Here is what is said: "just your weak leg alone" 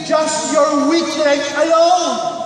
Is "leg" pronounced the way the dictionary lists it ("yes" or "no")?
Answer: no